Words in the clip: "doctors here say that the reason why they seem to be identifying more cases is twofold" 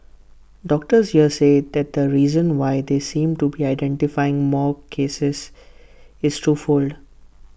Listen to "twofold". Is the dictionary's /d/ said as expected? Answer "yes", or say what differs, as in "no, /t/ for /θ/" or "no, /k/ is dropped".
yes